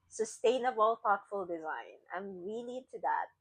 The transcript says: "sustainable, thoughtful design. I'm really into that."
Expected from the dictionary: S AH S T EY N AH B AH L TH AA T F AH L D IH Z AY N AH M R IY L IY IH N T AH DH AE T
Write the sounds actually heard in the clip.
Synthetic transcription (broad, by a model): S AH S T EY N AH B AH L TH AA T F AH L D IH Z AY N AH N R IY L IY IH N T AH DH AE T